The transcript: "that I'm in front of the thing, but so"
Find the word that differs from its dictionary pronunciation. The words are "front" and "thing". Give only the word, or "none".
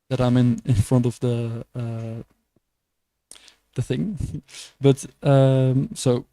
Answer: none